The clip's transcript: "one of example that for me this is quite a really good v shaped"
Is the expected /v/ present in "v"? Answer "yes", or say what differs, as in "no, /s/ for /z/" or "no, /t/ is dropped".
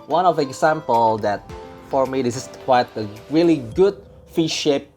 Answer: no, /f/ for /v/